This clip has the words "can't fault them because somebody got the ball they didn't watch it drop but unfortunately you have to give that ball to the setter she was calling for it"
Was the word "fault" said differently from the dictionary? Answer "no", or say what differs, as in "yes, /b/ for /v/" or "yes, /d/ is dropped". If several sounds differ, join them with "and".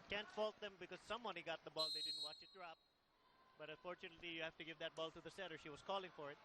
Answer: no